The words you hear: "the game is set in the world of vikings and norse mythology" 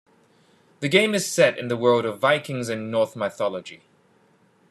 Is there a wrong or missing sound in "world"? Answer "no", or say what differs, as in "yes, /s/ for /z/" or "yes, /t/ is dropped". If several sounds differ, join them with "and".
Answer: no